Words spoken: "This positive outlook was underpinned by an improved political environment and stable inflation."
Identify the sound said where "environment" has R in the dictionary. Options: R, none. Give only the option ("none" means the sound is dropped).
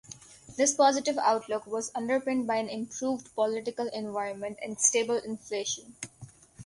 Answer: R